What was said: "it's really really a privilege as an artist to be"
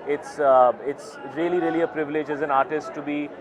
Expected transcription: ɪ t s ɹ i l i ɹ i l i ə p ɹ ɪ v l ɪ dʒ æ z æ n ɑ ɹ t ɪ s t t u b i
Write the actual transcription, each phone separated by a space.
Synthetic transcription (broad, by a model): ɪ t s ɹ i l i ɹ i l i ə p ɹ ɪ v l ɪ dʒ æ z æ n ɑ ɹ t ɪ s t t u b i